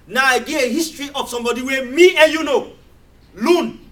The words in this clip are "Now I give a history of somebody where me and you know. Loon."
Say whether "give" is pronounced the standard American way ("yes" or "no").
no